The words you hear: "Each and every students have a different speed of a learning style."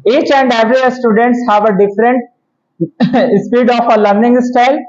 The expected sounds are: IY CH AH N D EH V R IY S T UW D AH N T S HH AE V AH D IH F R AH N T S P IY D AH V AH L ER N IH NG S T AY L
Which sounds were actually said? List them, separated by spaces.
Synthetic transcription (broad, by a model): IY CH AH N D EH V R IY S T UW D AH N T S HH AE V AH D IH F R AH N T S P IY D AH F AH L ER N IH NG S T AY L